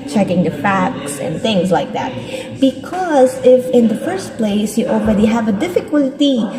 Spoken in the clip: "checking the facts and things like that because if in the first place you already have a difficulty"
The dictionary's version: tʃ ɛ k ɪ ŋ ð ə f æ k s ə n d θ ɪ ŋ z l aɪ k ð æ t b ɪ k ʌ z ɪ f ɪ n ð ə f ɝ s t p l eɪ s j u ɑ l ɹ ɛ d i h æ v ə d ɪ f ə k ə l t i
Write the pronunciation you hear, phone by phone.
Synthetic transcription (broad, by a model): tʃ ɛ k ɪ ŋ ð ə f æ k s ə n θ ɪ ŋ z l aɪ k ð æ t b ɪ k ʌ z ɪ f ɪ n ð ə f ɝ s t p l eɪ s j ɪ ɑ l ɹ ɛ d i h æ v ə d ɪ f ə k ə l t i